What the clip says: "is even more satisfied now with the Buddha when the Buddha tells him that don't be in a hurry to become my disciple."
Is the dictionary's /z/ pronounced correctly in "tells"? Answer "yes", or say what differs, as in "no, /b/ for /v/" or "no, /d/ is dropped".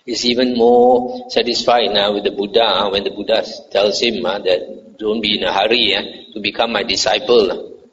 no, /s/ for /z/